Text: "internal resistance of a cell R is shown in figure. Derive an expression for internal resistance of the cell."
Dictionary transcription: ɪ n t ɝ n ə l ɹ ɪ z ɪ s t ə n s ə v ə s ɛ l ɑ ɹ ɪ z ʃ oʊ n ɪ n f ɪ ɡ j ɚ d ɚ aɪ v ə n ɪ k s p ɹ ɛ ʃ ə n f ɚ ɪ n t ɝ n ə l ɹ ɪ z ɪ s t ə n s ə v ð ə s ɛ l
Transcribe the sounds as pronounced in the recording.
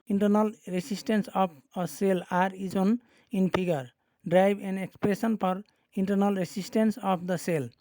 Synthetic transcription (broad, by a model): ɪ n t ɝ n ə l ɹ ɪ s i s t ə n s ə p ə s ɛ l ɑ ɹ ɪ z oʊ n ɪ n p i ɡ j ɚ d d aɪ b ə n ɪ k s p ɹ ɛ s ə n p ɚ ɪ n t ɝ n ə l ɹ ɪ s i s t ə n s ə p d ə s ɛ l